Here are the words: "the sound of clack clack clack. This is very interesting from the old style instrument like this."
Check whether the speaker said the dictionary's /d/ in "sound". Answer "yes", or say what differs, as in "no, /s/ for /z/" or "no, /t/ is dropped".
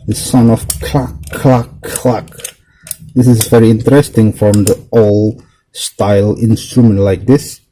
no, /d/ is dropped